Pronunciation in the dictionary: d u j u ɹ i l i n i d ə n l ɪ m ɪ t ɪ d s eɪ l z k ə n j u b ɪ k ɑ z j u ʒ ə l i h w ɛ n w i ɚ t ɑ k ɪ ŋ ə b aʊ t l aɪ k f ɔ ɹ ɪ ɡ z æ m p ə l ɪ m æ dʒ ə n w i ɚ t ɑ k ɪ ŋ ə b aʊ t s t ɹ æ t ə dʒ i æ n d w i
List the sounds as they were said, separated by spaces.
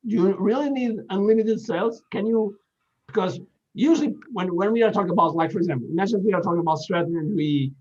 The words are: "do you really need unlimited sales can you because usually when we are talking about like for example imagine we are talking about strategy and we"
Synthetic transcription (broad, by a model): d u j u ɹ i l i n i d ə n l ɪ m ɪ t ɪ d s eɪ l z k ə n j u b ɪ k ɑ z j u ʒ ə w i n w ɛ n w i ɚ t ɑ k ɪ ŋ ə b aʊ t l aɪ k f ɔ ɹ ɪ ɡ z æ m p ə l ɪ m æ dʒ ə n w i ɚ t ɑ k ɪ ŋ ə b aʊ t s t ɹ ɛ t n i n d w i